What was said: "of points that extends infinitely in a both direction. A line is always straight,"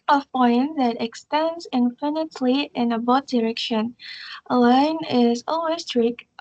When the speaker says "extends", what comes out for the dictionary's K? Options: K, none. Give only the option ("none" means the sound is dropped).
K